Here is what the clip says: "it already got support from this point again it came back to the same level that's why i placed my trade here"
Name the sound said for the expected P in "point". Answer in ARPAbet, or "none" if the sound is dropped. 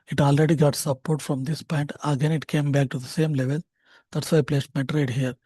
P